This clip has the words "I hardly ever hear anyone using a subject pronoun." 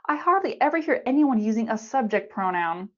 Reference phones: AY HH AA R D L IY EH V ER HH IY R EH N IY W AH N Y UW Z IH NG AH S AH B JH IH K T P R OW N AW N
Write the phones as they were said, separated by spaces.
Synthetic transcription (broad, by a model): AY HH AA R D L IY EH V ER HH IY R EH N IY W AH N Y UW Z IH NG AH S AH B JH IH K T P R OW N AW N